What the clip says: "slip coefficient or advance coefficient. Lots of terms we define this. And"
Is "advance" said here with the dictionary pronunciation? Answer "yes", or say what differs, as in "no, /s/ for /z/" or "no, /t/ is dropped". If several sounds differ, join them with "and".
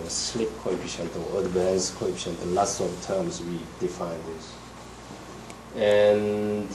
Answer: no, /b/ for /v/